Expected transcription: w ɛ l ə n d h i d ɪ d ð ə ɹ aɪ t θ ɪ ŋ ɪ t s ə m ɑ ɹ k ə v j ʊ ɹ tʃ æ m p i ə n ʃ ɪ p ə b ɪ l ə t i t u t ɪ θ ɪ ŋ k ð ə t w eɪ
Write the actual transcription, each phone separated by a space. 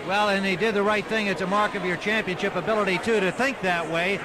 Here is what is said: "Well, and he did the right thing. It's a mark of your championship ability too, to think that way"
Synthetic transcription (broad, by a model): w ɛ l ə n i d ɪ d ð ə ɹ aɪ t θ ɪ ŋ ɪ t s ə m ɑ ɹ k ə v j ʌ ɹ tʃ æ m p i ə n ʃ ɪ p ə b ɪ l ə t i t u t ɪ θ ɪ ŋ k ð ə t w eɪ